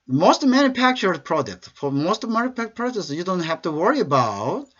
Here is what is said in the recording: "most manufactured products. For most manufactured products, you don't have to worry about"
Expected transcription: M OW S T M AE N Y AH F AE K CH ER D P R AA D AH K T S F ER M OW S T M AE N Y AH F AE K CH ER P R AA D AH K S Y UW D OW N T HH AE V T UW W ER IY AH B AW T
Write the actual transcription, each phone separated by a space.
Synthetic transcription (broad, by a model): M OW S T M AE N Y AH F AE K CH ER D P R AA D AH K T S F ER M OW S T M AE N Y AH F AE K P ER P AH S Y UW D OW N T HH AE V T UW W ER IY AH B AW T